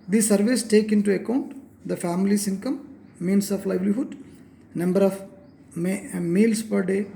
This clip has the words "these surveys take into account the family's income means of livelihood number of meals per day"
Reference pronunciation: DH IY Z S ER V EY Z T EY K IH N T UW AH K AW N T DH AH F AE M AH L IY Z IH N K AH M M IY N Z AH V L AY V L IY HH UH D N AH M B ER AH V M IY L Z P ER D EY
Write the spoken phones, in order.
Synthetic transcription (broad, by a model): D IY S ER V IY S T EY K IH N T UW AH K AW N T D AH F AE M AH L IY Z IH N K AH M M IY N S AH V L AY V L IY HH UH D N AH M B ER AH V M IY L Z P ER D EY